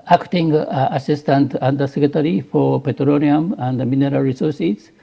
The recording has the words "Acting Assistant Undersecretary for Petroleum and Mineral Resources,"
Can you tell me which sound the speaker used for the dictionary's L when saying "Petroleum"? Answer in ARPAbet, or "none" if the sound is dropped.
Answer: N